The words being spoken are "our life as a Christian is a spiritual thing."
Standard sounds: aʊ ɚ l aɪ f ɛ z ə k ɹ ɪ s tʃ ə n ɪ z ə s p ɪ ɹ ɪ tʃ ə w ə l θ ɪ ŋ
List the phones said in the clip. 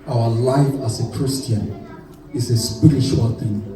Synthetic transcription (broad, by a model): aʊ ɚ l aɪ f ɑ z ə k ɹ ɪ s tʃ ə n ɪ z ə s p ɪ ɹ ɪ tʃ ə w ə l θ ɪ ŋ